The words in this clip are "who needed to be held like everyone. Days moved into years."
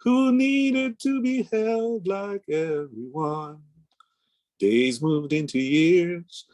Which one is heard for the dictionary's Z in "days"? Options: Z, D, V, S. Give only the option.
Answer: Z